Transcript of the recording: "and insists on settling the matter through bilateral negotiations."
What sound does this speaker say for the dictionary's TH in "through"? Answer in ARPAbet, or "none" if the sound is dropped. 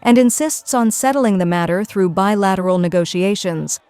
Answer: TH